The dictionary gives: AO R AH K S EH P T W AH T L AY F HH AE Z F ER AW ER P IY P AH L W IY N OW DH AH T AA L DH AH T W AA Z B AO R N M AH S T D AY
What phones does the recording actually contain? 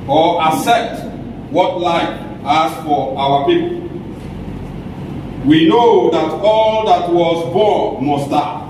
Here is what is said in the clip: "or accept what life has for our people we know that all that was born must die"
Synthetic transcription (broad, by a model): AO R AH S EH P T W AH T L AY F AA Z F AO AW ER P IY P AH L W IY N OW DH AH T AA L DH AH T W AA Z B AO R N M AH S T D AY